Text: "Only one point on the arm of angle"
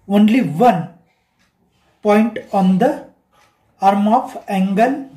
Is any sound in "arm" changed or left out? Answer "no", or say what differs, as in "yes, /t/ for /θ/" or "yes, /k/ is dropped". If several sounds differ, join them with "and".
no